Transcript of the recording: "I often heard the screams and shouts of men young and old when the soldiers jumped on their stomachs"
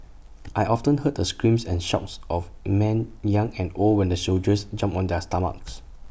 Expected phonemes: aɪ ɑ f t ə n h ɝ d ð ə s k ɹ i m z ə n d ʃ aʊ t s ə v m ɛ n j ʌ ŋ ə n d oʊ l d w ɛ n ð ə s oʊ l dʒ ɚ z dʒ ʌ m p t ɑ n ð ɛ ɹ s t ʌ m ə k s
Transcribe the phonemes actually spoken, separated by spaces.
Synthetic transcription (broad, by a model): aɪ ɑ f t ə n h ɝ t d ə s k ɹ i m s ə n ʃ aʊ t s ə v m ɛ n j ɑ ŋ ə n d oʊ l d w ɛ n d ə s oʊ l dʒ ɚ s dʒ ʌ m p ɑ n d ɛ s t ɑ m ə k s